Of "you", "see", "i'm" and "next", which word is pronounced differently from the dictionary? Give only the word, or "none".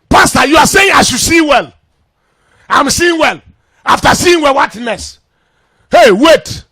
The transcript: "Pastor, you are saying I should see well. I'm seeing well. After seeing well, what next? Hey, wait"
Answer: next